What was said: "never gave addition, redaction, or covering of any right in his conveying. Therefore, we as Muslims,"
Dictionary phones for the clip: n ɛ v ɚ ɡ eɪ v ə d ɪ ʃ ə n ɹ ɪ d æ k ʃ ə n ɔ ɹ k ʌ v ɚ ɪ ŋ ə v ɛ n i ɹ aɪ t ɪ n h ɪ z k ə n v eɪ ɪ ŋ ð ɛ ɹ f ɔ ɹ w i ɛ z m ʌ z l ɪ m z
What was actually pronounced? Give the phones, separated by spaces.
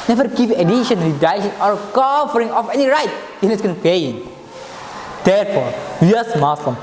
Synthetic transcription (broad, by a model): n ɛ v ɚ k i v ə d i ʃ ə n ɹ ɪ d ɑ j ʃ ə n ɔ ɹ k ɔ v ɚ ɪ ŋ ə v ɛ n i ɹ aɪ t ɪ n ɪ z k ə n p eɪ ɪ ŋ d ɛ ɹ f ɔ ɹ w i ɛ s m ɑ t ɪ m